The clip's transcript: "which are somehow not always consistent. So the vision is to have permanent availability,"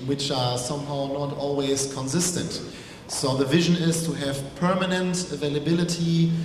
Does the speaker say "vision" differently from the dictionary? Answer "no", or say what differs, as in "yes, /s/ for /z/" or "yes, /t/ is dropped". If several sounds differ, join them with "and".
no